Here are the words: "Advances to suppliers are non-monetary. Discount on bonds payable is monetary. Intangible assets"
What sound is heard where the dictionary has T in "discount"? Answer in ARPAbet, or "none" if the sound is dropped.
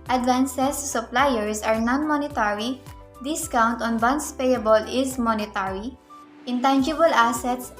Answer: T